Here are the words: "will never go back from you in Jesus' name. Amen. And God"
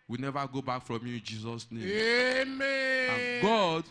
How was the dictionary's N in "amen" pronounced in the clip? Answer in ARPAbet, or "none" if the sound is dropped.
none